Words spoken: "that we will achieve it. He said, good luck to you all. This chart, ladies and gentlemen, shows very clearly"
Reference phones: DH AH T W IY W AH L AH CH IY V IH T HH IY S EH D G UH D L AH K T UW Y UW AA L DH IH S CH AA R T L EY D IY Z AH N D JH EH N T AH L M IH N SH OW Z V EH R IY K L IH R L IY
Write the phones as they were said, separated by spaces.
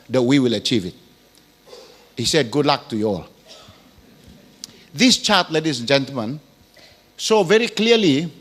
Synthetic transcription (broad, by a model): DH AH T W IY W AH L AH CH IY V IH T HH IY S EH D G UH D L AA K T UW Y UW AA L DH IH S CH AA T L EY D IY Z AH N JH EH N T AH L M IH N S OW V EH R IY K L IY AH L IY